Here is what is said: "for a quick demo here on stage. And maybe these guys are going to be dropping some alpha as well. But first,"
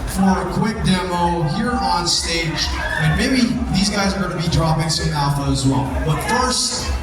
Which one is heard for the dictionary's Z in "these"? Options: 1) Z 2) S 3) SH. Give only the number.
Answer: 1